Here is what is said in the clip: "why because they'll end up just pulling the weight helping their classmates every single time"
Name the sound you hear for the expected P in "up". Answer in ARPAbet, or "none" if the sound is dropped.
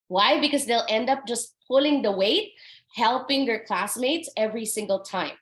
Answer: P